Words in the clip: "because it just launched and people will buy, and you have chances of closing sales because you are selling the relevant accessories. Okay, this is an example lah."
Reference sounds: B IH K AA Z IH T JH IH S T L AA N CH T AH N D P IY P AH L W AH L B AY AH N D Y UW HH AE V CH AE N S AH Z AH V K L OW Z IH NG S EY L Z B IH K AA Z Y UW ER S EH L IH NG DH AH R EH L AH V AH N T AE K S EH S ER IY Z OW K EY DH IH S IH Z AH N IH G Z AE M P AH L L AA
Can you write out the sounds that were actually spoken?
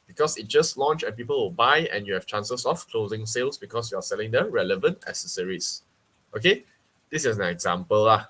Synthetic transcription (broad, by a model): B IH K AA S IH T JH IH S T L AA N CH AH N P IY P AH L W AH L B AY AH N Y UW HH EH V CH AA N S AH S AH F K L OW Z IH NG S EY L S B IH K AA S Y UW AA S EH L IH NG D AH R EH L AH V AH N T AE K S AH S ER IY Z OW K EY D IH S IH S AH N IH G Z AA M P AH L L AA